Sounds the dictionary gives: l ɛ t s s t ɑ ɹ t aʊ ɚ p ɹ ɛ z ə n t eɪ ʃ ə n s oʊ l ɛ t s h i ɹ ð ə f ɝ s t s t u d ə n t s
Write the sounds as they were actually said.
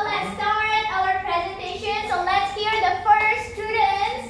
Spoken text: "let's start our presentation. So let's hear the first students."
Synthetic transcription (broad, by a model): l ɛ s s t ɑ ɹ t aʊ ɚ p ɹ ɛ z ə n t eɪ ʃ ə n s oʊ l ɛ t s h i ɹ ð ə f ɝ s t s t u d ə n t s